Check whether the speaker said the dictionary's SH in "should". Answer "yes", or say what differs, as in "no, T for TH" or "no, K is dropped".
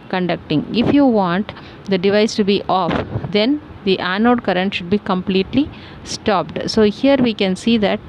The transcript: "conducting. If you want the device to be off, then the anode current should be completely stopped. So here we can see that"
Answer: yes